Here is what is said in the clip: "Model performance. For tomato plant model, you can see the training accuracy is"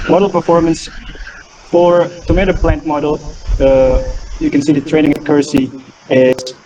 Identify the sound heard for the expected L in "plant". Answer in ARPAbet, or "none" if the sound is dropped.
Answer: L